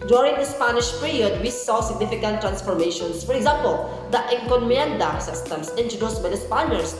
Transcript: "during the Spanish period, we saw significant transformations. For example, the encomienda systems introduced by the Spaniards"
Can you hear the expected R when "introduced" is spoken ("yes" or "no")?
no